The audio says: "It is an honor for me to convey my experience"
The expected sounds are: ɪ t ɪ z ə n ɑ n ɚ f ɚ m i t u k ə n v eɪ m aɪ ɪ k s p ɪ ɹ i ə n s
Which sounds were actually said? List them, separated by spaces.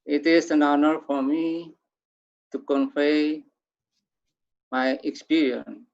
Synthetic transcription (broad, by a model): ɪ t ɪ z ə n ɑ n ɚ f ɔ m i t u k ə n f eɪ m aɪ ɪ k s p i ɹ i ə n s